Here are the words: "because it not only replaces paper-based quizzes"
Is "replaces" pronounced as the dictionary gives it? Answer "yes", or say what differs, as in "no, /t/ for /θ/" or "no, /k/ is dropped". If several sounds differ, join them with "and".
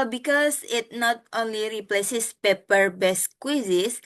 no, /s/ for /z/